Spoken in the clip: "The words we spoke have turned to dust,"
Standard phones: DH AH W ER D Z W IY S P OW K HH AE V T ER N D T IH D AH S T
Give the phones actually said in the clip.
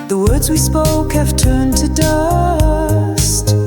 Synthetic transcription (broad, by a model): DH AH W ER D Z W IY S P OW K HH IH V T ER N T IH D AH S T